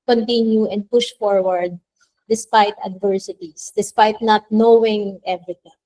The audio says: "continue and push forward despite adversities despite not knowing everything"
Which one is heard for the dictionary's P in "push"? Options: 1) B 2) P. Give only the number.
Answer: 2